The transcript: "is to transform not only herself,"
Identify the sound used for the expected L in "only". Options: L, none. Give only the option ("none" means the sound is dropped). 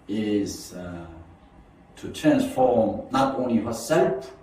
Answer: L